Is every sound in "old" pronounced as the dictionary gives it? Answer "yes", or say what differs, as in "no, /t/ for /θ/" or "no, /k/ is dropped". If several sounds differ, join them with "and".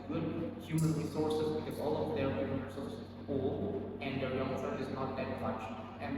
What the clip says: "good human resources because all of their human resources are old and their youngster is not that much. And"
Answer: no, /d/ is dropped